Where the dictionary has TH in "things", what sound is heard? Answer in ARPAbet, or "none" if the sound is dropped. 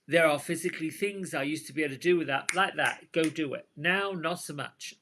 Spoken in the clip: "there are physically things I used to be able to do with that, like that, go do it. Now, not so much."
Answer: TH